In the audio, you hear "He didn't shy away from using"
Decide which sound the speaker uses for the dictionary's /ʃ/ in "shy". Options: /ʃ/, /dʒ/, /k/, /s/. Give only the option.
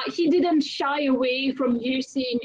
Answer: /ʃ/